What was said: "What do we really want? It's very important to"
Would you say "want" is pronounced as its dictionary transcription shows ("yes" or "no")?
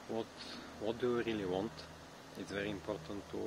yes